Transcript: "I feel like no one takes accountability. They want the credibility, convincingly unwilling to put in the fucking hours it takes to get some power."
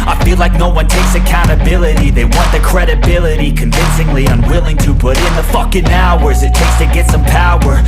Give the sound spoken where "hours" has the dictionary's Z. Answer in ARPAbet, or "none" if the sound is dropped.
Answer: Z